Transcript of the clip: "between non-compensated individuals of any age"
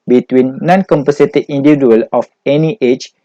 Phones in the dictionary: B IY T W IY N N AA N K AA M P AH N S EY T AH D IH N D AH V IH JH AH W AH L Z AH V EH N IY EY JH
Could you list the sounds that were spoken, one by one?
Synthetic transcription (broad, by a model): B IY T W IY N N AA N K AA M P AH S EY T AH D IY N D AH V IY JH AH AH L AH F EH N IY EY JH